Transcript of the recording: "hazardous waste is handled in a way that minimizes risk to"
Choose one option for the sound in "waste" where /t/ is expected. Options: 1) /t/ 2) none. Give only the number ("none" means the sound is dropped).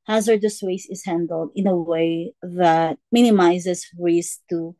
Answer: 2